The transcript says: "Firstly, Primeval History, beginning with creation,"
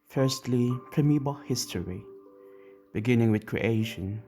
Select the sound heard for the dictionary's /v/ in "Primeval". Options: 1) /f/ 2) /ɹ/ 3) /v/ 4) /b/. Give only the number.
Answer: 4